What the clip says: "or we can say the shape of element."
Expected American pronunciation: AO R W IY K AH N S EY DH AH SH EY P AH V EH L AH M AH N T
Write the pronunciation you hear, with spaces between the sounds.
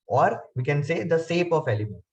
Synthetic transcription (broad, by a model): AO R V IY K AH N S EY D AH S EY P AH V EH L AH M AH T